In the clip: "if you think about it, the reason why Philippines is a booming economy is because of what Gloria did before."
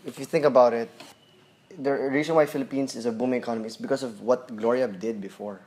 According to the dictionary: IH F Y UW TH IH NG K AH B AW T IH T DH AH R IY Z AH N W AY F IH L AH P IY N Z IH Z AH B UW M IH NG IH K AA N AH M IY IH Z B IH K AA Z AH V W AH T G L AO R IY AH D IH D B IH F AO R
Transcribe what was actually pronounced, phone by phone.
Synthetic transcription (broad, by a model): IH F Y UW TH IH NG K AH B AW T IH T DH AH R IY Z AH N W AY F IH L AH P IY N S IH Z AH B UW M IH NG IH K AA N AH M IY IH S B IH K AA S AH V W AH T G L AO R IY AH D IH D B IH F AO R